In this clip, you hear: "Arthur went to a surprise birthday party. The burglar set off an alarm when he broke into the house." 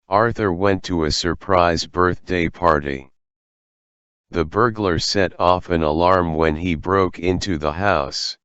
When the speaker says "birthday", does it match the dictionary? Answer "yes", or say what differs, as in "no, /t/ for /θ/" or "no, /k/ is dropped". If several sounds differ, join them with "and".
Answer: yes